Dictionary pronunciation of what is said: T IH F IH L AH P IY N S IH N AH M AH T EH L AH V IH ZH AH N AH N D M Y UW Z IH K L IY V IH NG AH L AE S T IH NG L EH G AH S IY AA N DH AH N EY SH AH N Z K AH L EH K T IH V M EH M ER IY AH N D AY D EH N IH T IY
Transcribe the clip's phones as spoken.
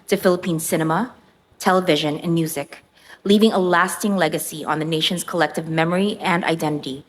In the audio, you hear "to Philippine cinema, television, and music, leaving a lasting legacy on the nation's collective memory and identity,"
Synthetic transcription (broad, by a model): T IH F IH L AH P IY N S IH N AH M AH T EH L AH V IH ZH AH N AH N M Y UW Z IH K L IY V IH NG AH L AE S T IH NG L EH G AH S IY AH N DH AH N EY SH AH N Z K AH L EH K T IH V M EH M ER IY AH N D AY D EH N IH T IY